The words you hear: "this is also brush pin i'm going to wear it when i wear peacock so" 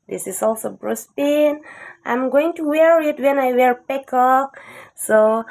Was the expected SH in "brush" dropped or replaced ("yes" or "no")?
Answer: yes